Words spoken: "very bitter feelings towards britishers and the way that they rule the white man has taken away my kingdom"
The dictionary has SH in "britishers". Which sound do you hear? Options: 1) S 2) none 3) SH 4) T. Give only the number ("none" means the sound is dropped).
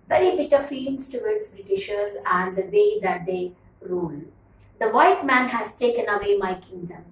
3